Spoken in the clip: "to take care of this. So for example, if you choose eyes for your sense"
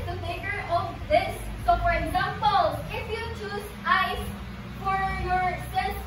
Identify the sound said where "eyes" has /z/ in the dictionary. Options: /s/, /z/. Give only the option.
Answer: /s/